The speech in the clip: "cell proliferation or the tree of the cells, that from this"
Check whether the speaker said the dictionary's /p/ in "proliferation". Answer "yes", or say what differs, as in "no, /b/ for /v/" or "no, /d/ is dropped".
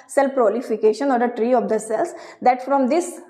no, /f/ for /p/